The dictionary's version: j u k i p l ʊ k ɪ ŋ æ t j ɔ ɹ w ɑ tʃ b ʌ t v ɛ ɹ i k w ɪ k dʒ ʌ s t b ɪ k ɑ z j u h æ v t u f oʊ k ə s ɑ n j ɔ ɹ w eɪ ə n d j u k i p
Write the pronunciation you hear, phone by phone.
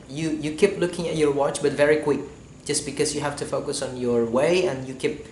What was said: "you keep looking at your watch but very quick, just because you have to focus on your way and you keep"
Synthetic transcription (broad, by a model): j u k i p l ʊ k ɪ ŋ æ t j ɔ ɹ w ɑ tʃ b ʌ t v ɛ ɹ i k w ɪ k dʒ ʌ s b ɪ k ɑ s j u h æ f t u f oʊ k ə s ɑ n j ɔ ɹ w eɪ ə n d j u k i p